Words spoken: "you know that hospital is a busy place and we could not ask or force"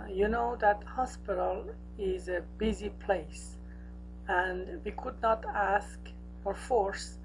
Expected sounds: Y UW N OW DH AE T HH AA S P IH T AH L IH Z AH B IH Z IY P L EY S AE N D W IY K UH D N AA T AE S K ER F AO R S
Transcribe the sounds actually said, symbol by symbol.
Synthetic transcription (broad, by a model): Y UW N OW DH AE T HH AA S P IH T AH L IH Z AH B IH Z IY P L EY S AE N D W IY K UH D N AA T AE S K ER F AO R S